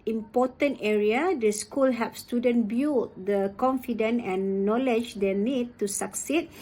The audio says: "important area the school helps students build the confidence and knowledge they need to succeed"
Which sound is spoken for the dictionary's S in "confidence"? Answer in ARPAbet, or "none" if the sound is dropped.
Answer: none